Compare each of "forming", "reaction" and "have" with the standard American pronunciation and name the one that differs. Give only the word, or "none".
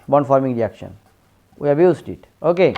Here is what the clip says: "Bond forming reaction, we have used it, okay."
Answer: have